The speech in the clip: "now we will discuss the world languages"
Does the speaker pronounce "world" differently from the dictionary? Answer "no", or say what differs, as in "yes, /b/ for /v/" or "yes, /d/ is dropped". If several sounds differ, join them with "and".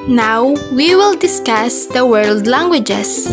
no